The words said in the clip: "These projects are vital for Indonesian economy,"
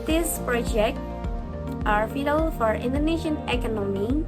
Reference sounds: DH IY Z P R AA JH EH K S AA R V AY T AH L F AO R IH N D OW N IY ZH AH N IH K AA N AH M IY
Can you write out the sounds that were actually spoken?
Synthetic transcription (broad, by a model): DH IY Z P R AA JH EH K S AA R F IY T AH L F AO R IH N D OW N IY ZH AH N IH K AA N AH M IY